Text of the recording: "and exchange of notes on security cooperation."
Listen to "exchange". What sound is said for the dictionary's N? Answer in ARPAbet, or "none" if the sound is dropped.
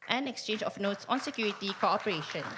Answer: N